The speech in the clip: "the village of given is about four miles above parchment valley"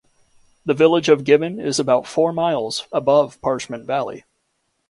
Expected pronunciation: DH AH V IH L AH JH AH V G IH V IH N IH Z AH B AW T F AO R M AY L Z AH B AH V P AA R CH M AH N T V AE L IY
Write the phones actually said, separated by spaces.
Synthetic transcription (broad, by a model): DH AH V IH L AH JH AH V G IH V IH N IH Z AH B AW T F AO R M AY L Z AH B AH V P AA R CH M AH N T V AE L IY